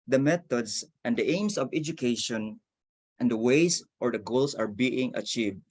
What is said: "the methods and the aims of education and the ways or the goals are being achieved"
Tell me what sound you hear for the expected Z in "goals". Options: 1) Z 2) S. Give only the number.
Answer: 2